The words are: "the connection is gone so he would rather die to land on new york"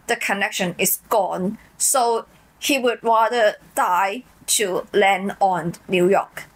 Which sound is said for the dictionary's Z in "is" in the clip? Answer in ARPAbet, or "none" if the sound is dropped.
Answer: S